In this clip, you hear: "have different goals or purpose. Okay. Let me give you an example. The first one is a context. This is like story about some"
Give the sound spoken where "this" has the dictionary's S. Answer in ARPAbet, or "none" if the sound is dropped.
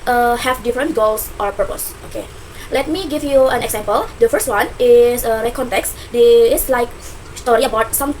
none